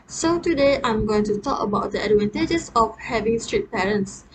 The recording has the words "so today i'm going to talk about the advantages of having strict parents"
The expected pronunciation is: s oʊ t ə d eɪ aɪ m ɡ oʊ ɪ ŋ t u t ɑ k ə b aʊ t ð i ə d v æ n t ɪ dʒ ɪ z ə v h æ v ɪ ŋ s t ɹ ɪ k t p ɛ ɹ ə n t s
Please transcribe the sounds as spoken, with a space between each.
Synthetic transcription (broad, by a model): s oʊ t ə d eɪ aɪ m ɡ oʊ ɪ ŋ t u t ɑ k ə b aʊ t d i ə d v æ n t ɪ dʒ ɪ s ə f h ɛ v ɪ ŋ s t ɹ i t p ɛ ɹ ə n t s